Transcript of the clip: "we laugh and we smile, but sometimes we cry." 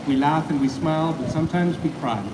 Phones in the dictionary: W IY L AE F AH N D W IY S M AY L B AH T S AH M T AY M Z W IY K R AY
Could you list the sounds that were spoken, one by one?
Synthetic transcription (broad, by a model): W IY L AE F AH N W IY S M AY L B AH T S AH M T AY M Z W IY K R AY